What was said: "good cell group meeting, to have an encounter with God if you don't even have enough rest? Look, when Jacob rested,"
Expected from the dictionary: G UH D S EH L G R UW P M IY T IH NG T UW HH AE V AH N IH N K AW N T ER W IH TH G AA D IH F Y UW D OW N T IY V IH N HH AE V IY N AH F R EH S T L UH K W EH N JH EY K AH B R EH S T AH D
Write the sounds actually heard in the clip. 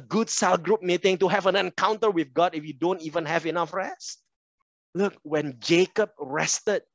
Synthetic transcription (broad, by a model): G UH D S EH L G R UW P M IY T IH NG T UW HH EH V AH N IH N K AW N T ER W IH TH G AA D IH F Y UW D OW N T IY V IH N HH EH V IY N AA F R EH S T L UH K W EH N JH EY K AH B R EH S T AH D